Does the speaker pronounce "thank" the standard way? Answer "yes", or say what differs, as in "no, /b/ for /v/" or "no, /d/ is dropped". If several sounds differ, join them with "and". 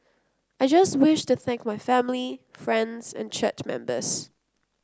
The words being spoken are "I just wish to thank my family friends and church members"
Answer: yes